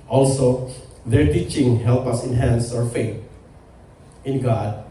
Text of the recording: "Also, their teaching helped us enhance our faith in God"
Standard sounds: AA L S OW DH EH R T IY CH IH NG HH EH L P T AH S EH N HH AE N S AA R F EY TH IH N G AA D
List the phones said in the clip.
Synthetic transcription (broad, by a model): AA L S OW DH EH R T IY CH IH NG HH EH L P AH S EH N HH AE N S AA R F EY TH IH N G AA D